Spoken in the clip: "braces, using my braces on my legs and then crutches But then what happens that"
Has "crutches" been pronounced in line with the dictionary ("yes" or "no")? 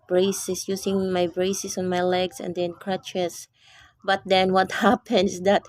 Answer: no